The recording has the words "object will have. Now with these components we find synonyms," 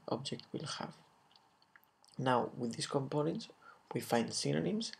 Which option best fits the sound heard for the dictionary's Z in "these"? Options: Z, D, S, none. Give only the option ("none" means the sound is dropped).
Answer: S